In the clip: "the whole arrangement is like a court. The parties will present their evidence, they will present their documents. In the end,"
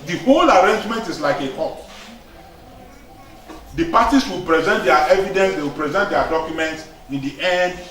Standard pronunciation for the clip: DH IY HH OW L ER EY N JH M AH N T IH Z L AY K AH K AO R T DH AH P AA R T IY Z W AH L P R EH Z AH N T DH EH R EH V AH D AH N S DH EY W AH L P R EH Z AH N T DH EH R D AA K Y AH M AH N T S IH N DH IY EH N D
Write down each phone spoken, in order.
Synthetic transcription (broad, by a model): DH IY HH OW L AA EY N JH M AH N T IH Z L AY K AH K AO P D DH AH P AA T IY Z W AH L P R EH Z AH N T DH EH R EH V AH D AH N S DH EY W AH L P R EH Z AH N T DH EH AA D AA K Y AH M AH N T S IH N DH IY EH N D